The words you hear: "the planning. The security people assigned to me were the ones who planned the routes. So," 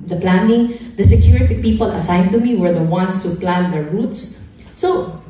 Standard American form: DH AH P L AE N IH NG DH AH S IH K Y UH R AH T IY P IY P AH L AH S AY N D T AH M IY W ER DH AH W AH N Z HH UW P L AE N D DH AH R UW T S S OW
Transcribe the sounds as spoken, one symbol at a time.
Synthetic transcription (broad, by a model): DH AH P L AE N IH NG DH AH S IH K Y UH R AH T IY P IY P AH L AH S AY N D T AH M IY W ER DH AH W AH N S HH UW P L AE N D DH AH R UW T S S OW